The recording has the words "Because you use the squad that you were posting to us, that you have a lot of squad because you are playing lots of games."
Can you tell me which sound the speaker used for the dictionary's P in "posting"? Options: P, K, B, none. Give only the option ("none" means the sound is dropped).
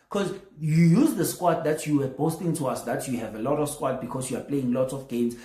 B